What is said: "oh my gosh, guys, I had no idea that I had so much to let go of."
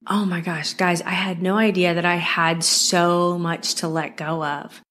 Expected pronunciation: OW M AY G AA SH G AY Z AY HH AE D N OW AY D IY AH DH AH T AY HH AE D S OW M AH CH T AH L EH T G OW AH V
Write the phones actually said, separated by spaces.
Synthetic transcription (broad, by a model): OW M AY G AA SH G AY Z AY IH D N OW AY D IY AH DH AH T AY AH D S OW M AH CH T AH L EH T G OW AH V